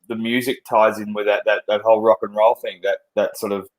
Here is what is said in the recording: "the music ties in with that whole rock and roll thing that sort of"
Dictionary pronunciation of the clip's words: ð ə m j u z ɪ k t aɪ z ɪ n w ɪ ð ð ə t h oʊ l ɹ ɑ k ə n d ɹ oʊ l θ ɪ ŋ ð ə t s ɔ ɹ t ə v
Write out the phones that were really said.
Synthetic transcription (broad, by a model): ð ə m j u z ɪ k t aɪ z ɪ n w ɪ ð ð ə t h oʊ l ɹ ɑ k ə n ɹ oʊ l θ ɪ ŋ ð ə t s ɔ ɹ t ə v